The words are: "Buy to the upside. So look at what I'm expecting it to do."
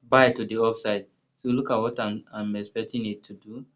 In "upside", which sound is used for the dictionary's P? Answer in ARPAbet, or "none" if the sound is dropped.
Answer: F